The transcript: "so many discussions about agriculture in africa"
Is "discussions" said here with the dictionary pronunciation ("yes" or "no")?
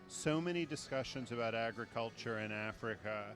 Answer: yes